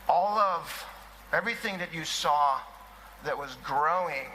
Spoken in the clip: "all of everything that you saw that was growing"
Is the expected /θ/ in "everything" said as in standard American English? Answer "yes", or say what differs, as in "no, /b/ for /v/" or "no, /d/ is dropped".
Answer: yes